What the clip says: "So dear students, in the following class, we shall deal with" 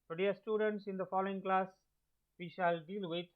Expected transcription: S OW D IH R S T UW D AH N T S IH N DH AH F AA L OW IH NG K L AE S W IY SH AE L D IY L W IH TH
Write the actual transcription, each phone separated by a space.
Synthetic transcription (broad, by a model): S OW D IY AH S T UW D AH N T S IH N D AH F AA L OW IH NG K L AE S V IY SH AE L D IY L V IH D